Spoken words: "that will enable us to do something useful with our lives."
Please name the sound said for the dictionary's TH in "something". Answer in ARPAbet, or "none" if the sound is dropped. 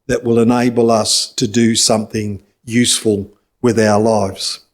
TH